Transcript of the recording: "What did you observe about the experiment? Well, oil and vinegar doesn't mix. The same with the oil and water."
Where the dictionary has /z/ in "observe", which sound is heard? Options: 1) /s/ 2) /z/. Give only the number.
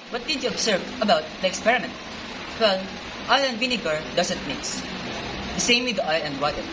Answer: 1